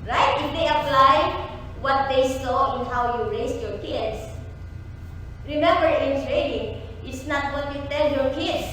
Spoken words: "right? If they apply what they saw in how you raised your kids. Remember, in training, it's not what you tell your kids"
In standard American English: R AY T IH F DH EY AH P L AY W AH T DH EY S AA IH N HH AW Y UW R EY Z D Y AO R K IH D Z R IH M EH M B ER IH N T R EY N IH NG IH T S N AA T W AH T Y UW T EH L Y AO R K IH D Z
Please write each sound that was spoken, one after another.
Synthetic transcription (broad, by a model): R AY T IH F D EY AH P L AY W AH T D EY S AA IH N HH AW Y UW R EY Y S Y AO R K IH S R IH M EH M B ER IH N S R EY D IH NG IH T S N AA T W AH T Y UW T EH L Y AO R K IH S